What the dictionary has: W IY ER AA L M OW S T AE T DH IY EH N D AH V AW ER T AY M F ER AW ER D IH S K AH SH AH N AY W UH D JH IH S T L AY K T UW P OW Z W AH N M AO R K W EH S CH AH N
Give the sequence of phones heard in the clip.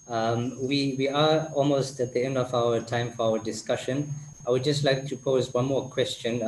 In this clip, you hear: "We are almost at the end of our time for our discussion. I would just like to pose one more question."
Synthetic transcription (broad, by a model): W IY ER AA L M OW S T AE T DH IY EH N D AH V AW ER T AY M F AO AW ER D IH S K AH SH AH N AY W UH D JH IH S T L AY K T UW P OW Z W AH N M AO K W EH S CH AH N